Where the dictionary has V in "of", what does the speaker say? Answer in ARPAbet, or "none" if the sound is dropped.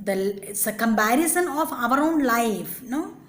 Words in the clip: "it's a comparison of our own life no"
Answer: V